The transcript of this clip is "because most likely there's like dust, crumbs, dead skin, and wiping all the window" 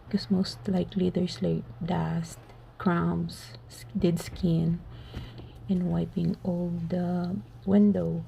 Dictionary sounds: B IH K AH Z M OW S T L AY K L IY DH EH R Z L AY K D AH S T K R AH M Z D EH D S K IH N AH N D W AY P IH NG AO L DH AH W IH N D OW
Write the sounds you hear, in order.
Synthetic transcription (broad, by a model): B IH K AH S M OW S T L AY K L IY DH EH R S L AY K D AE S T K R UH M S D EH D S K IH N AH N W AY P IH NG AO L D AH W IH N D OW